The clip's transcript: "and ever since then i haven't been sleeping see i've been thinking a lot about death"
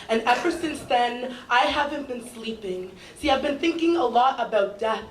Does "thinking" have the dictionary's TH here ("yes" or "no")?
yes